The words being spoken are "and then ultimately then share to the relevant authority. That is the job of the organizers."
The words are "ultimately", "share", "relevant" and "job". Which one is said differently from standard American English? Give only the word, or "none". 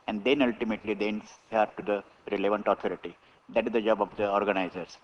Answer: share